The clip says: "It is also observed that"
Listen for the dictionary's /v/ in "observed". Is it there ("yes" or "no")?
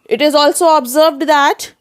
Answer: yes